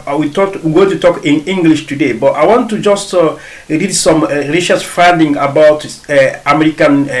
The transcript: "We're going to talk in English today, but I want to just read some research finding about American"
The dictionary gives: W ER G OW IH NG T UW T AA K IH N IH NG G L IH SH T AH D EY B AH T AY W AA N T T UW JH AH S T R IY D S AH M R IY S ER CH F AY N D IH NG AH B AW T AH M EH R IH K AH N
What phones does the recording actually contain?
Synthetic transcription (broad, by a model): W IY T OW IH T UW T AA K IH N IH NG G L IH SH T AH D EY B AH T AY W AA N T T UW JH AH S T R IY D S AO M R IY SH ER S F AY N D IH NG AH B AW T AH M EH R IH K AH N